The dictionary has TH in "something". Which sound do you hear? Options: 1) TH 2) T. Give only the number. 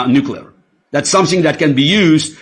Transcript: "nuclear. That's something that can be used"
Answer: 1